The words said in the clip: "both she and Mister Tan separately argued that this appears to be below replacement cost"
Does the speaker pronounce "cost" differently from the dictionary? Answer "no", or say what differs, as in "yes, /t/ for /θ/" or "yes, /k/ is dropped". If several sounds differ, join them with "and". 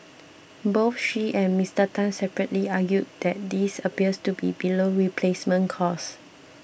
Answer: yes, /t/ is dropped